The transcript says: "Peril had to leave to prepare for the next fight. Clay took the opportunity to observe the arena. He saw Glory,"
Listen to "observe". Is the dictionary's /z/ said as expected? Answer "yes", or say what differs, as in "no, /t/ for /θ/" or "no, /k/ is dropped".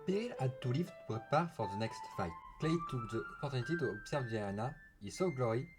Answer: no, /s/ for /z/